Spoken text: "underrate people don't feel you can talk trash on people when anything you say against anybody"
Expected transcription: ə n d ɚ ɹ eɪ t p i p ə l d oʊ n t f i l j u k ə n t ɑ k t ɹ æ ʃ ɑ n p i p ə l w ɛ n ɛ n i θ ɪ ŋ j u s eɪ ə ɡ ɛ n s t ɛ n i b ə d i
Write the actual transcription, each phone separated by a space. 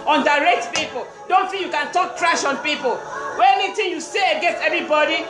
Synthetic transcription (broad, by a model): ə n d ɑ ɹ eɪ t p i p ə l d oʊ n t f i l j u k ə n t ɑ k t ɹ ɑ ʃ ɑ n p i p ə l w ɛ ɛ n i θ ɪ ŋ j u s eɪ ə ɡ ɛ n s t ɛ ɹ i b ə d i